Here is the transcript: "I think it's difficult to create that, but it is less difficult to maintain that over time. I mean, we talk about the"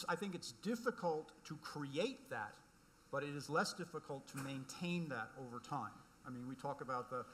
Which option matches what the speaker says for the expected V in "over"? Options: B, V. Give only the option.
V